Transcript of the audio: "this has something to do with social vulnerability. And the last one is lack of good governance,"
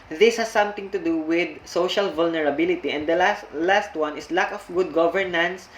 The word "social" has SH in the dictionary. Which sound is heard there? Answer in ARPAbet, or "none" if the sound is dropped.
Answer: SH